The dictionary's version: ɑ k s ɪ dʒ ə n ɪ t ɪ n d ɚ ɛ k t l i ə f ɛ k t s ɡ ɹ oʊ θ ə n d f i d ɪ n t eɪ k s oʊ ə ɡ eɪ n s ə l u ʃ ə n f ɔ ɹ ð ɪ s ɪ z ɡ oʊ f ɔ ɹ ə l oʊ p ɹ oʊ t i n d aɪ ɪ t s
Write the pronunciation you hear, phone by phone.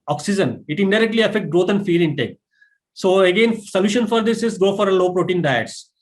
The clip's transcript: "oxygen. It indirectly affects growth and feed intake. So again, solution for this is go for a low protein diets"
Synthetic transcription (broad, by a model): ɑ k s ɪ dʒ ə n ɪ t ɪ n d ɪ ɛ k t l i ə f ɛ k t ɡ ɹ oʊ t ə n d f i d ɪ n t eɪ k s oʊ ə ɡ eɪ n s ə l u ʃ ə n f ɔ ɹ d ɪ s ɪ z ɡ oʊ f ɔ ɹ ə l oʊ p ɹ oʊ t i n d aɪ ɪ t s